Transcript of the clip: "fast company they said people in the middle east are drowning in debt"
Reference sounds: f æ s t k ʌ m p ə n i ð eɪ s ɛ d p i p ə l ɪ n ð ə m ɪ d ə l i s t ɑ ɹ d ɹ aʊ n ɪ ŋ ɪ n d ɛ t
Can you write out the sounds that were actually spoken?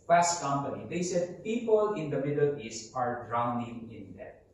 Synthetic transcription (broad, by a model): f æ s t k ʌ m p ə n i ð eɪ s ɛ d p i p ə l ɪ n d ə m ɪ d ə l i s ɑ ɹ d ɹ aʊ n ɪ ŋ ɪ n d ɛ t